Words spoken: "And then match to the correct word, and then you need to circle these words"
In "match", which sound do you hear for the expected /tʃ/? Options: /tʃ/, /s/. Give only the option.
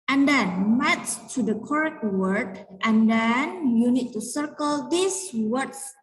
/s/